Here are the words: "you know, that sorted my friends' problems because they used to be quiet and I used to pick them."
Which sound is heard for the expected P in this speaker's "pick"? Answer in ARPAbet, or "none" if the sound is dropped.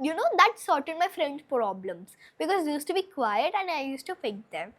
F